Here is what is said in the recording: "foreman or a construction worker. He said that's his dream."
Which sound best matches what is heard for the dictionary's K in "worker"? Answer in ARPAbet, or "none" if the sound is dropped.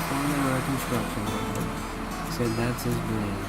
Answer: none